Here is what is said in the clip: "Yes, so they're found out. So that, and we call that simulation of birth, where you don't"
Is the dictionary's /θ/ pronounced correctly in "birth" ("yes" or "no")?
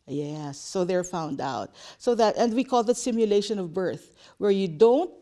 yes